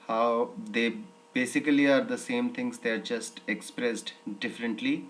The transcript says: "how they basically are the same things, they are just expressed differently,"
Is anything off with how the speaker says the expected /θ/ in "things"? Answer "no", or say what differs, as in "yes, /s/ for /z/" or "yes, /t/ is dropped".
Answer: yes, /t/ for /θ/